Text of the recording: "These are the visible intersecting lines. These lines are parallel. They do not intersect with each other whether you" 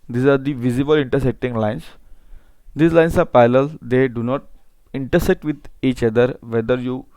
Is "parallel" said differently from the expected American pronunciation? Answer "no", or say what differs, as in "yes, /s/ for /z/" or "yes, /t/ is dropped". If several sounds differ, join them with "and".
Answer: yes, /ɹ/ is dropped